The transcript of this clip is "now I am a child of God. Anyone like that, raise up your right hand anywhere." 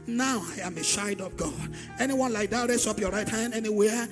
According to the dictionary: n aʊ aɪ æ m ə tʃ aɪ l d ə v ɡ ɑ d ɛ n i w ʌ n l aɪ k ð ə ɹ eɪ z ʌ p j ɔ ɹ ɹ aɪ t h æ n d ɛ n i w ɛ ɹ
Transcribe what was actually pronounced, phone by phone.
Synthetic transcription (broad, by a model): n aʊ aɪ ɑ m ə ʃ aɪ d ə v ɡ ɑ d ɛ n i w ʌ n l aɪ k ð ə ɹ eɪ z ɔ p j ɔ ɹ ɹ aɪ t h æ n d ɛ n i w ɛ